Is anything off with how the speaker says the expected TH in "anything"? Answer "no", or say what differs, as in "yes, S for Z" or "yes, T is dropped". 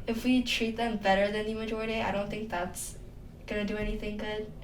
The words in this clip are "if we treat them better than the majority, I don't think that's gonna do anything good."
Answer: no